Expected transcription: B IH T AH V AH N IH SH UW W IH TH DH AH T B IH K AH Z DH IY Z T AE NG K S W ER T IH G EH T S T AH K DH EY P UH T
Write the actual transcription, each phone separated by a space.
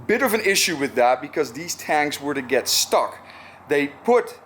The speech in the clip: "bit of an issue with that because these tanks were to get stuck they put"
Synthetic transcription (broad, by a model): B IH T AH V AH N IH SH UW W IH DH AH T B IH K AH Z DH IY Z T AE NG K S W ER T IH G EH T S T AH K DH EY P UH T